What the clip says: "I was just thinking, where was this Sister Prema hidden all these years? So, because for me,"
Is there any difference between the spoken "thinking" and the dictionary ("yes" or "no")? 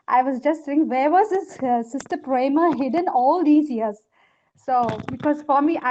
yes